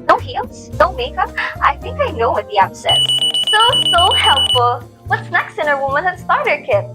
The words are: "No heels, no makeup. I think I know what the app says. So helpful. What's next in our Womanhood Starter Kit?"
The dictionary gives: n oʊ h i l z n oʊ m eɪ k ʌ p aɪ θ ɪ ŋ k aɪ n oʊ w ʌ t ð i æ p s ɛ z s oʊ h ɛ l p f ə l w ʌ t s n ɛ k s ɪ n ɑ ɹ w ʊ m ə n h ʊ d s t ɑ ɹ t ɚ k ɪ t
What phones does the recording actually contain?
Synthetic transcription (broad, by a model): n oʊ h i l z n oʊ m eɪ k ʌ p aɪ θ ɪ ŋ k aɪ n oʊ w ʌ t ð i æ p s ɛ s s oʊ h ɛ l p f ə l w ʌ t s n ɛ k s ɪ n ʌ ɹ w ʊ m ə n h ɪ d s t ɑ ɹ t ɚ k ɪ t